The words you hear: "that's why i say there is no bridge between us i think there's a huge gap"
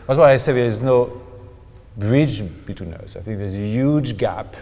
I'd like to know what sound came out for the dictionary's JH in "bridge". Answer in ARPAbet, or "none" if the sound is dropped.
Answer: JH